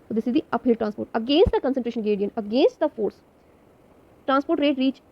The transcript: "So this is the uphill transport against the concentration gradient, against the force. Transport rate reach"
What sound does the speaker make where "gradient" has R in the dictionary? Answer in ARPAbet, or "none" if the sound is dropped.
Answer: none